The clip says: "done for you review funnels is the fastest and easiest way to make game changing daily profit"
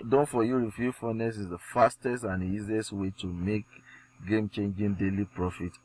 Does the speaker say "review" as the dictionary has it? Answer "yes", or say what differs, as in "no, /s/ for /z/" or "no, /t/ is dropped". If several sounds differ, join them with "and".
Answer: no, /f/ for /v/